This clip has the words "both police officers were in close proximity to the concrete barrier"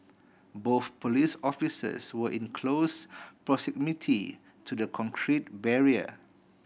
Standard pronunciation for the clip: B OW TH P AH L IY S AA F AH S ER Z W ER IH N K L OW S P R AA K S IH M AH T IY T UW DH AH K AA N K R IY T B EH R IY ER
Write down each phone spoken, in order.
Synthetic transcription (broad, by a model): B OW TH P AH L IY S AA F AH S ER S W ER IH N K L OW S P R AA S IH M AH T IY T UW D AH K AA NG K R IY T B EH R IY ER